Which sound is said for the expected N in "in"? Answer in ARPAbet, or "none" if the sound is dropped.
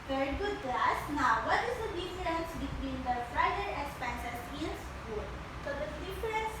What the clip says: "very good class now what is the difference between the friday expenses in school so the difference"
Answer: L